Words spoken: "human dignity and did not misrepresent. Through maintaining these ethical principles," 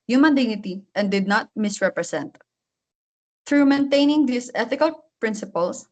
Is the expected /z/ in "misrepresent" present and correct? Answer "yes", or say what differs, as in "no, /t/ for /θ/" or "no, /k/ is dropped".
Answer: no, /s/ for /z/